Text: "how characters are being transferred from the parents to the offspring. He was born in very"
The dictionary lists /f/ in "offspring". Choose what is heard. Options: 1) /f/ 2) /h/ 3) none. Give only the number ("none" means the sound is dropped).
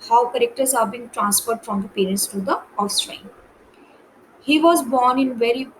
3